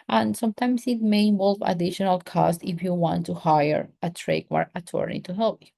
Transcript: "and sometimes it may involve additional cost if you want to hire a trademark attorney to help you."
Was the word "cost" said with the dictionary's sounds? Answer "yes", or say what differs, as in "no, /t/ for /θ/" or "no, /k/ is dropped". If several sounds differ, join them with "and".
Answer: yes